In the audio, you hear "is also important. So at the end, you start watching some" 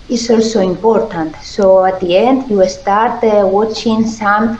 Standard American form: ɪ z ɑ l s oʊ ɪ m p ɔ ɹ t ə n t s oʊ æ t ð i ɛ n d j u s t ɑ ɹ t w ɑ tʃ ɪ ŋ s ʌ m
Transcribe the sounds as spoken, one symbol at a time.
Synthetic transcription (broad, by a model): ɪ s ɑ l s oʊ ɪ m p ɔ ɹ t ə n t s oʊ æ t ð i ɛ n d j u s t ɑ ɹ t w ɑ tʃ ɪ ŋ s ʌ m